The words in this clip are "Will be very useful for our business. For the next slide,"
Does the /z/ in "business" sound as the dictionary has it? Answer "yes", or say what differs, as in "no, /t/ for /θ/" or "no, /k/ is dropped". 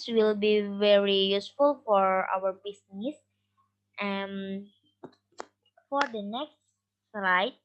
no, /s/ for /z/